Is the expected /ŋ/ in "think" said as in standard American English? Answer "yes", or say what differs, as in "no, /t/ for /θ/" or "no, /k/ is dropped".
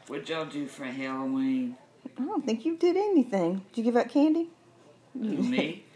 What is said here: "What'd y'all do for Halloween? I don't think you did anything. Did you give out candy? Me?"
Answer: yes